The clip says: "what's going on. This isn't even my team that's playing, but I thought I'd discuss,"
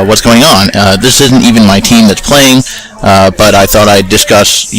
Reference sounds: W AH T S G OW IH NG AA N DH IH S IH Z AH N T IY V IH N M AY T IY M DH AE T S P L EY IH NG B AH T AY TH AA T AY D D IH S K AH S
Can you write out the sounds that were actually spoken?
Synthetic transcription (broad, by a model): W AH T S G OW IH NG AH N DH IH S IH Z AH N T IY V IH N M AY T IY M DH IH T S P L EY IH NG B AH T AY TH AA T AY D D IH S K AH S